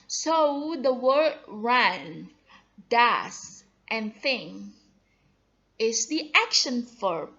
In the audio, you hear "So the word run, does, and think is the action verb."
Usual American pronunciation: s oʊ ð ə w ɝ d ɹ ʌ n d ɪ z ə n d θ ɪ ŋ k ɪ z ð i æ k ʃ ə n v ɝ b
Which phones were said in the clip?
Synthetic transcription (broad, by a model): s oʊ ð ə w ɝ d ɹ ʌ n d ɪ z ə n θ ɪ ŋ ɪ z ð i æ k ʃ ə n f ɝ